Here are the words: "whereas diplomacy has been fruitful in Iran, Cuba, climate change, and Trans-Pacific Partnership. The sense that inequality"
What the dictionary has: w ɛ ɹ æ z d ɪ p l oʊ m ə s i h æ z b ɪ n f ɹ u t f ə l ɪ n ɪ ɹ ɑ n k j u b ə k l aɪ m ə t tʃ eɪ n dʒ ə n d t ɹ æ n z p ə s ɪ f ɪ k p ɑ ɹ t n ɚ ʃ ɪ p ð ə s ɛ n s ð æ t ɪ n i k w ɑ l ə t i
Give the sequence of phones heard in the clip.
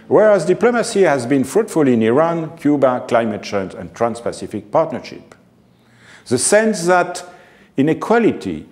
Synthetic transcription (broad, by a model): w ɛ ɹ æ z d ɪ p l oʊ m ə s i h æ z b ɪ n f ɹ u t f ə l ɪ n ɪ ɹ ɑ n k j u b ə k l aɪ m ə t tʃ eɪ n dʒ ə n t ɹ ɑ n s p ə s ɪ f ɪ k p ɑ ɹ t n ɚ ʃ ɪ p ð ə s ɛ n s ð æ t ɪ n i k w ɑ l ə t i